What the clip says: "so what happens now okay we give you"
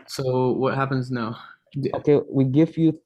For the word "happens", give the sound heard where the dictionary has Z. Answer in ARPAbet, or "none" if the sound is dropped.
Z